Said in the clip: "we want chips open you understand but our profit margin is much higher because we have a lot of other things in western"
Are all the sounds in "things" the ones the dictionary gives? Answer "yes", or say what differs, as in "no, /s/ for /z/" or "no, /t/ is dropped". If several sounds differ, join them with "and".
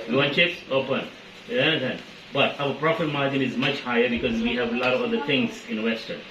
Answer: no, /t/ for /θ/